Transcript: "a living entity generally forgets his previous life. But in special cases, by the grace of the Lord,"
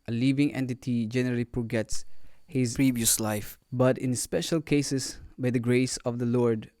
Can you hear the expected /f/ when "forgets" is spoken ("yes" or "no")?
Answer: no